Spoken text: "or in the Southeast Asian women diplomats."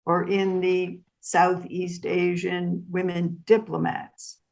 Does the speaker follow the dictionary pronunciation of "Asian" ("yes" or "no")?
yes